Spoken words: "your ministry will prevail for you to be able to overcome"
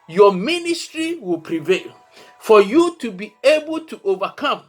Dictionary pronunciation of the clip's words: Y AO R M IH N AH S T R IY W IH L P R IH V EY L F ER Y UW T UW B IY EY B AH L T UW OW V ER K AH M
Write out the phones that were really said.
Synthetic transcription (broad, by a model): Y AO M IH N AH S T R IY W IH L P R IH V EY L F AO Y UW T UW B IY EY B AH L T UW OW V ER K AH M